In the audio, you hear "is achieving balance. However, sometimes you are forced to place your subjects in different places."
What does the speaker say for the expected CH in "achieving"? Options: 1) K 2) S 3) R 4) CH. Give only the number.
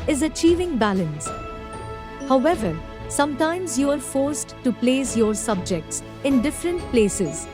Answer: 4